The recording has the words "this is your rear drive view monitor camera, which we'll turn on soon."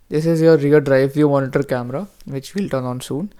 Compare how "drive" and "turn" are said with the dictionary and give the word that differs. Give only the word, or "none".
none